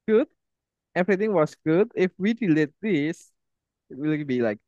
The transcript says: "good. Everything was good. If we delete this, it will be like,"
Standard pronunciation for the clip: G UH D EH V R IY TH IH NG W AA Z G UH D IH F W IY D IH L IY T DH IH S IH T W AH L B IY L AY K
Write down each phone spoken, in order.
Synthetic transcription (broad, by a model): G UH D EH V R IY T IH NG W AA S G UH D IH F W IY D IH L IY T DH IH S IH T W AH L B IY L AY K